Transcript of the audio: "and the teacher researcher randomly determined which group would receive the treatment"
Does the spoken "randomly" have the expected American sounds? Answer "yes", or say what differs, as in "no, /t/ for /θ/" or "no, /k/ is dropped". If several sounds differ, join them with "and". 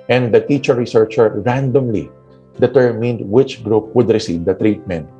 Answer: yes